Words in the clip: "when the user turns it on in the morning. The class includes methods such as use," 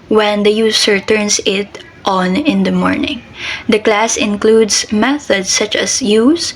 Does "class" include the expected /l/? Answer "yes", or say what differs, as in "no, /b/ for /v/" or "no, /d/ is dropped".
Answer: yes